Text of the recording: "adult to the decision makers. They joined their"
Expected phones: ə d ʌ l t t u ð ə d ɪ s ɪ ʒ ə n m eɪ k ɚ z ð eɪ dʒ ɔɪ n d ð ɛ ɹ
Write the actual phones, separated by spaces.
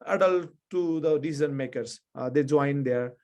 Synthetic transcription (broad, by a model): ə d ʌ l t t u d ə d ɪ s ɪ z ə n m eɪ k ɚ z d eɪ dʒ ɔɪ n d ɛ ɹ